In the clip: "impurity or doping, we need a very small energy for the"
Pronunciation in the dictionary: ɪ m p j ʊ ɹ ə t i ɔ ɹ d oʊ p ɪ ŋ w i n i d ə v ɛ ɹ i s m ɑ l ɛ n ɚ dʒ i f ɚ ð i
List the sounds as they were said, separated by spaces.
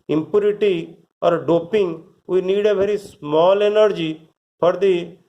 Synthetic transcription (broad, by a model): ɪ m p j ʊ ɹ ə t i ɔ ɹ d oʊ p ɪ ŋ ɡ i n i d ə b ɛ ɹ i s m ɑ l ɛ n ɚ dʒ i p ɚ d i